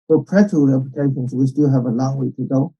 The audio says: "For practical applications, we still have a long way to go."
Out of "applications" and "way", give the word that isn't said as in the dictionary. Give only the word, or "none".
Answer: applications